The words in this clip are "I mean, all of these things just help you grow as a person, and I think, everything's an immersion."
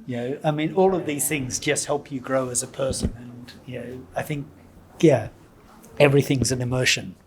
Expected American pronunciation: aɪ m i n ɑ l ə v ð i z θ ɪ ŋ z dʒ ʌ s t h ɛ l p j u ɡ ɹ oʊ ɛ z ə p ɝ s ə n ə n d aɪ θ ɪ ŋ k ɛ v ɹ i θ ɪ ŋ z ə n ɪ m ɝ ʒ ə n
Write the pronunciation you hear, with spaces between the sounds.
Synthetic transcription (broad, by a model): aɪ m i n ɑ l ə v ð i z θ ɪ ŋ z dʒ ʌ s t h ɛ l p j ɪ ɡ ɹ oʊ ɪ z ə p ɝ s ə n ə n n aɪ θ ɪ ŋ k ɛ v ɹ i θ ɪ ŋ z ə n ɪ m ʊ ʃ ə n